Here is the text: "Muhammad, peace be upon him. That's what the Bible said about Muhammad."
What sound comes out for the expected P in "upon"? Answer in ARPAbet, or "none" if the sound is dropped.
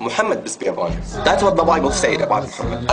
B